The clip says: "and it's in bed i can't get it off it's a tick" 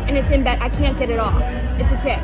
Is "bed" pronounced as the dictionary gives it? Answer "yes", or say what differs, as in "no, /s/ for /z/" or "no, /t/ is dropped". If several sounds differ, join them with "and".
no, /d/ is dropped